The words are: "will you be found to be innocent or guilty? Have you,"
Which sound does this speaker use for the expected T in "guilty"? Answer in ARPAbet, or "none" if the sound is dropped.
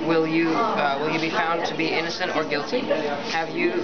T